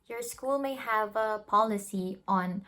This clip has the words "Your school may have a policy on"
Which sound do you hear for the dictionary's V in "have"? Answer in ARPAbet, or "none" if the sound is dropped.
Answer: V